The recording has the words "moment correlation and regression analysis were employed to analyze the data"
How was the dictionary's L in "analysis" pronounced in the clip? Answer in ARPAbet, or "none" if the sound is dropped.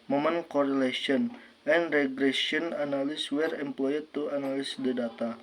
N